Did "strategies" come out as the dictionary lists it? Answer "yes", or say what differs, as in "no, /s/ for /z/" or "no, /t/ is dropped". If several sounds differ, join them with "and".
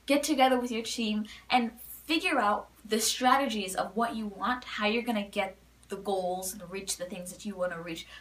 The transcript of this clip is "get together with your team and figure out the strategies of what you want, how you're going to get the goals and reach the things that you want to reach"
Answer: yes